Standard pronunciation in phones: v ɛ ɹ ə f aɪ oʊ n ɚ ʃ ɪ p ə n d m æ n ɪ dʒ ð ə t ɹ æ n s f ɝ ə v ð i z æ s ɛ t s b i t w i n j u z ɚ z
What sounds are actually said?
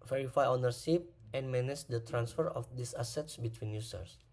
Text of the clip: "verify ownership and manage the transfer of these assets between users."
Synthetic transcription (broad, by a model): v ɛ ɹ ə f aɪ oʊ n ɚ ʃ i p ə n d m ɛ n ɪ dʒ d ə t ɹ æ n s f ɝ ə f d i s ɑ s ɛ t s b i t w i n j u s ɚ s